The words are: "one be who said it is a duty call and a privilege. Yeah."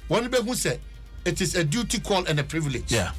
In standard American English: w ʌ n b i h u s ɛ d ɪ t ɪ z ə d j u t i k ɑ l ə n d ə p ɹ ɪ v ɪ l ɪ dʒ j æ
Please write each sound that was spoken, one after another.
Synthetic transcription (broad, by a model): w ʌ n b i h u s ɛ ɪ t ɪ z ə d j u t i k ɑ l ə n ə p ɹ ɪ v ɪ l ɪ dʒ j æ